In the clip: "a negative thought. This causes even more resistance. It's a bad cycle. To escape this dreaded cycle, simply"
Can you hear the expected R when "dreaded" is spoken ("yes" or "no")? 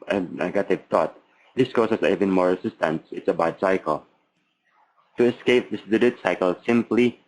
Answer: no